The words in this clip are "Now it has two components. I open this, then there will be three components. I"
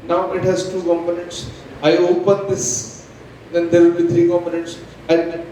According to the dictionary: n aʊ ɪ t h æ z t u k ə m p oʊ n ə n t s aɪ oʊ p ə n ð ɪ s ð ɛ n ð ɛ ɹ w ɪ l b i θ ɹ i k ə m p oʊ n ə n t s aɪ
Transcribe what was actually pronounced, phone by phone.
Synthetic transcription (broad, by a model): n aʊ ɪ t h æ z t u k ə m p oʊ n ə n t s aɪ oʊ p ə n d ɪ s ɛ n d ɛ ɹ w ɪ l b i t ɹ i k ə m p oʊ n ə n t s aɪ